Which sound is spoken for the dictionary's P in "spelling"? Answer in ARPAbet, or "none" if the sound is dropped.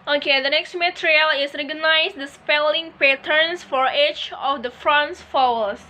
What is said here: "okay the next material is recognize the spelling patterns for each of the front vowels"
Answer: P